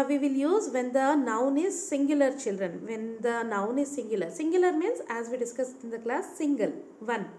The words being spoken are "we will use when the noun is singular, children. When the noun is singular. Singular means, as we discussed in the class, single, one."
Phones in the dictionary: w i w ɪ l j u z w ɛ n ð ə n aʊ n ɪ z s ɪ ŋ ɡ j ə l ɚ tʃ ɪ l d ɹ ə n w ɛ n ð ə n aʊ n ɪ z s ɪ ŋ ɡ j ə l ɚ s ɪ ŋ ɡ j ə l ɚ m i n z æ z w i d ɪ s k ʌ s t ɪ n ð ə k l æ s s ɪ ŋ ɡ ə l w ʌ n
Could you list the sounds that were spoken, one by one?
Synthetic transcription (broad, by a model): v i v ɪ l j u z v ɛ n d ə n aʊ n ɪ z s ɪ ŋ ɡ j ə l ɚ tʃ ɪ l d ɹ ə n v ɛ n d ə n aʊ n ɪ z s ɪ ŋ ɡ j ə l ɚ s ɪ ŋ ɡ j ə l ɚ m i n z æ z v i d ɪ s k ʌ s ɪ n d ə k l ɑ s s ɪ ŋ ɡ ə l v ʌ n